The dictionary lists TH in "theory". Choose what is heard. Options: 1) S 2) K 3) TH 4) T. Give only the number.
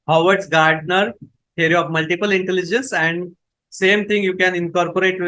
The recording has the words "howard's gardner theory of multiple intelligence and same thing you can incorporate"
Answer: 4